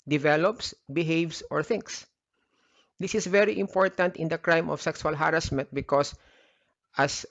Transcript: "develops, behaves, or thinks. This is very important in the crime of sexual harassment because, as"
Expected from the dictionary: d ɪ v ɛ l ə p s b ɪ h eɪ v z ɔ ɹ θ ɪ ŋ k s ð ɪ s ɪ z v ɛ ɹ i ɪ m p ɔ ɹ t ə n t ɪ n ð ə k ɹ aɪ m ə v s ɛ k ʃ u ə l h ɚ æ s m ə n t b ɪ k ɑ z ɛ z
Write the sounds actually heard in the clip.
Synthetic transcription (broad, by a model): d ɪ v ɛ l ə p s b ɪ h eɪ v s ɔ ɹ θ ɪ ŋ k s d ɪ s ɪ s v ɛ ɹ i ɪ m p ɔ ɹ t ə n t ɪ n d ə k ɹ aɪ m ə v s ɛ k s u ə l h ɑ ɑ s m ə n t b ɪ k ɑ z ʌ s